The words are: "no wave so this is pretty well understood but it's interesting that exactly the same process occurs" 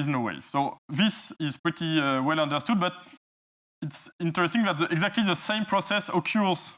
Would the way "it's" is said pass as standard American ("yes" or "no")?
yes